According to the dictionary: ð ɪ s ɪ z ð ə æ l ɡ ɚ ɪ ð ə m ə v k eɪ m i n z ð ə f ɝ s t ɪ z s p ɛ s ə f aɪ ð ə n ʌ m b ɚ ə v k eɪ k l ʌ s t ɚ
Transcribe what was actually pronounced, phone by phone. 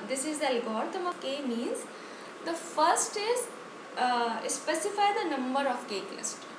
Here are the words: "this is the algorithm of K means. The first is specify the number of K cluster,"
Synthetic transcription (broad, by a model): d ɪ s ɪ z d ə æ l ɡ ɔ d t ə m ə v k eɪ m i n z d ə f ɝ s t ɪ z s p ɛ s ə f aɪ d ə n ʌ m b ɚ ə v k eɪ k l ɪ s t